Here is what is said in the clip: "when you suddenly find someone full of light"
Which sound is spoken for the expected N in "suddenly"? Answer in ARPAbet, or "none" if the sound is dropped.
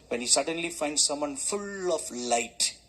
N